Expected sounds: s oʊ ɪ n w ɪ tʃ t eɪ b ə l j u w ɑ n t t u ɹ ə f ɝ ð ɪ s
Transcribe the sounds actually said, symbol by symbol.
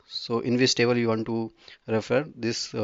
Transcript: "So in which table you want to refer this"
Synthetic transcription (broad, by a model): s oʊ ɪ n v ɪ s t eɪ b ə l j u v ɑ n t t u ɹ ə f ɝ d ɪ s